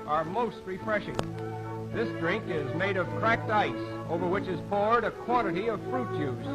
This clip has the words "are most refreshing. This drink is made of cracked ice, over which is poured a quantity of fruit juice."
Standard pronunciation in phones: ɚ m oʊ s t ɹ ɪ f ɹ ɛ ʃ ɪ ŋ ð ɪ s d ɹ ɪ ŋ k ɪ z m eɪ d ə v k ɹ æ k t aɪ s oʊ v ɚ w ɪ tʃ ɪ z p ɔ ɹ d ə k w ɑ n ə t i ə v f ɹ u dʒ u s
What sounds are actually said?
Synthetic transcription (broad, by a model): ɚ m oʊ s t ɹ ɪ f ɹ ɛ ʃ ɪ ŋ ð ɪ s d ɹ ɪ ŋ k ɪ z m eɪ d ə v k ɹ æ k t aɪ s oʊ v ɚ w ɪ tʃ ɪ z p ɔ ɹ d ə k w ɑ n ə t i ə v f ɹ u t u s